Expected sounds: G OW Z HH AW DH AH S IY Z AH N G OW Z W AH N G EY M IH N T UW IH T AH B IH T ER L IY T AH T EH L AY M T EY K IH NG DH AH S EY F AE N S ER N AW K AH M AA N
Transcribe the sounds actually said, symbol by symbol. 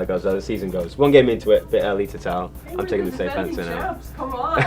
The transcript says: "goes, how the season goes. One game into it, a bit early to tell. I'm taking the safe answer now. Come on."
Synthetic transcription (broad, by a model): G OW Z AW DH AH S IY Z AH N G OW Z W AH N G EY M IH N T UW IH T AH B IH T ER L IY T AH T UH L AY M T EY K IH NG DH AH S EY F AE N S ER N AW